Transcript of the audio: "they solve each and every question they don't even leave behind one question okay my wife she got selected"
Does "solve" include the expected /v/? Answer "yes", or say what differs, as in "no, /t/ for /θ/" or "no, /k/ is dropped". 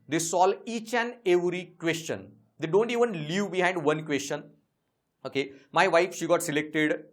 no, /v/ is dropped